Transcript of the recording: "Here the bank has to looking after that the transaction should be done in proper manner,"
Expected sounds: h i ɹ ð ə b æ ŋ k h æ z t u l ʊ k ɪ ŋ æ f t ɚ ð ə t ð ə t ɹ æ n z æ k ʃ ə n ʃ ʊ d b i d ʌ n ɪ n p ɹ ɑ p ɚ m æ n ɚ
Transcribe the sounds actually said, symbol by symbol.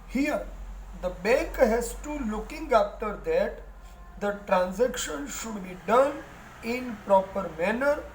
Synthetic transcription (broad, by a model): h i ɹ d ə b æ k h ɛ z t u l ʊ k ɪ ŋ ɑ f t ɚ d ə t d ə t ɹ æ n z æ k ʃ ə n ʃ ʊ d b i d ʌ n ɪ n p ɹ ɑ p ɚ m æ n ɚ